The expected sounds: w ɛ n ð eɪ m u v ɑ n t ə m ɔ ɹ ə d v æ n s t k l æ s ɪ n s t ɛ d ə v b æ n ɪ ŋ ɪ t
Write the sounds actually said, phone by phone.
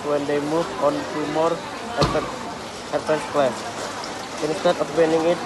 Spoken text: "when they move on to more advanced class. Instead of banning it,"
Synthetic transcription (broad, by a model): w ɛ n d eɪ m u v ɑ n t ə m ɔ ɹ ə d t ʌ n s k l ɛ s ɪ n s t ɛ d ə p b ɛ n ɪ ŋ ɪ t